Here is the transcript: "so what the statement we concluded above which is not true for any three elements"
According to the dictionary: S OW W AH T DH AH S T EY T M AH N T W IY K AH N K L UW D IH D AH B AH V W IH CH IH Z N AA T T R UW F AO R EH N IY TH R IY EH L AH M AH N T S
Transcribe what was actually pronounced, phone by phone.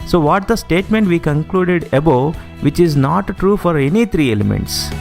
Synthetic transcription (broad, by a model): S OW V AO T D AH S T EY T M AH N T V IY K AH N K L UW D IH D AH B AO V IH CH IH Z N AA T T R UW F AO R EH N IY T R IY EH L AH M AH N T S